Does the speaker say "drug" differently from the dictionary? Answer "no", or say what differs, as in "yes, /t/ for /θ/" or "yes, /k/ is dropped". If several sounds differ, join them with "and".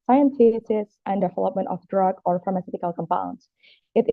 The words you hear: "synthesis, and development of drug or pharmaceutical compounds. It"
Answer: no